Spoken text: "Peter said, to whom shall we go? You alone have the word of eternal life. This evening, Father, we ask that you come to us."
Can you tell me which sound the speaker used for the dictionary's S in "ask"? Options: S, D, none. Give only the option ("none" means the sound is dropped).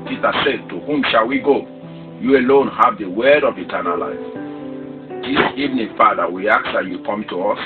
none